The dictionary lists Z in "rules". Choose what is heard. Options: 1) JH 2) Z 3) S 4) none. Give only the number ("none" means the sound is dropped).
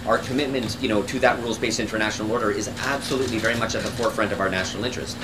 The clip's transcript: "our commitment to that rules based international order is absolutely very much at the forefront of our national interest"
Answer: 2